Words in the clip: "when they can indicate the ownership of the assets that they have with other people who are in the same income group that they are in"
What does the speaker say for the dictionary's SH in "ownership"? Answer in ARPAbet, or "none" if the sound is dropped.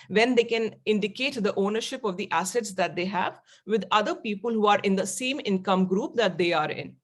SH